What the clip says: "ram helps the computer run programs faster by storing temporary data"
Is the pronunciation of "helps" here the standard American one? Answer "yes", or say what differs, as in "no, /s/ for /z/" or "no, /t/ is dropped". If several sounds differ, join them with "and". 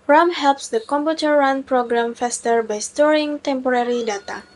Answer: yes